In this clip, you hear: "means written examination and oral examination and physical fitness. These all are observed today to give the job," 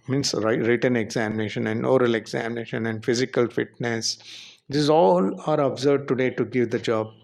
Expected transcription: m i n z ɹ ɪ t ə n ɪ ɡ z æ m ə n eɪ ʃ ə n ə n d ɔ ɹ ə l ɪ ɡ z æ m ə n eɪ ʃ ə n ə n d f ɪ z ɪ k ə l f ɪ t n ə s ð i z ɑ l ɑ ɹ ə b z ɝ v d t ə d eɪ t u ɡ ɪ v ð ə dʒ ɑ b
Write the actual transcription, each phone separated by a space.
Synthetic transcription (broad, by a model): m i n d ɹ ɪ t ə n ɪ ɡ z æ m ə n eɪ ʃ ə n ə n d ɔ ɹ ə l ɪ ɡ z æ m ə n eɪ ʃ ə n ə n d f ɪ z ɪ k ə l f ɪ t n ə s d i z ɑ l ɑ ɹ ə b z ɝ d t ə d eɪ t u ɡ ɪ v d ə dʒ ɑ b